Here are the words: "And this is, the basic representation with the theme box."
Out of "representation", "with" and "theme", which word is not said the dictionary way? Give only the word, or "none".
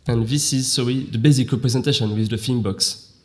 theme